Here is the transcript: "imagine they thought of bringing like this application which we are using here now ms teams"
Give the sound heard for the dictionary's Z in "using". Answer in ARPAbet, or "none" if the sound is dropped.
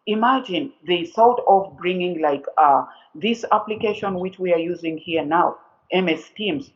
Z